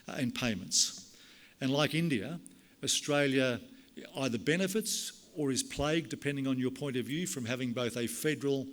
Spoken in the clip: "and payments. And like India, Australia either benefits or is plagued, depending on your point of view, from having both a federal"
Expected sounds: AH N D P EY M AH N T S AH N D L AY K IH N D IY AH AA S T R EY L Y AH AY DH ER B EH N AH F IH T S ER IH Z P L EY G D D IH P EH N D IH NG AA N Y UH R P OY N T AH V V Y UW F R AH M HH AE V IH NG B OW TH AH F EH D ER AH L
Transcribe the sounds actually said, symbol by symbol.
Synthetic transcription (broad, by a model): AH N P EY M AH N T S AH N L AY K IH N D IY AH AA S T R EY L Y AH AY DH ER B EH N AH F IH T S ER IH Z P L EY G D D IH P EH N D IH NG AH N Y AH R P OY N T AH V V Y UW F R AH M HH AE V IH NG B OW TH AH F EH D ER L